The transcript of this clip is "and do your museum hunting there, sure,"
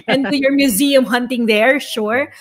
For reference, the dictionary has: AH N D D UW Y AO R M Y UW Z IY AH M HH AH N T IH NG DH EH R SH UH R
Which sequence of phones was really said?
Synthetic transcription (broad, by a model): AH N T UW Y AO R M Y UW Z IY AH M HH AH N T IH NG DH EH R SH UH R